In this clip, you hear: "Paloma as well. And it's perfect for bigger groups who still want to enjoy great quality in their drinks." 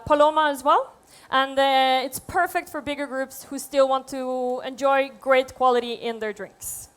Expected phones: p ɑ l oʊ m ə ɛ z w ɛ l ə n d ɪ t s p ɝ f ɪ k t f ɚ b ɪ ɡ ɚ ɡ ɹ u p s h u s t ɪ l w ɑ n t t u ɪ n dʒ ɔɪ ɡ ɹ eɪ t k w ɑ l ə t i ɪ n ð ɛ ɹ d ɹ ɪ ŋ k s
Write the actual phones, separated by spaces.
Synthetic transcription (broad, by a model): p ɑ l oʊ m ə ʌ z w ɛ l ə n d ɪ t s p ɝ f ɪ k t f ɚ b ɪ ɡ ɚ ɡ ɹ u p s h u s t ɪ l w ɑ n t t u ɪ n dʒ ɔɪ ɡ ɹ eɪ t k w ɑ l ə t i ɪ n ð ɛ ɹ d ɹ ɪ ŋ k s